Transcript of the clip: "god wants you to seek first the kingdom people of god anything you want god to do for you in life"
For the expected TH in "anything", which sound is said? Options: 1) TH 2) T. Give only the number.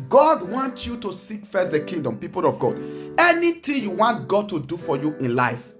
2